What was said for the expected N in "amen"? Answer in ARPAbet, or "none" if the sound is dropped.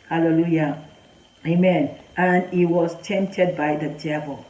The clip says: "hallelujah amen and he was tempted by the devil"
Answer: N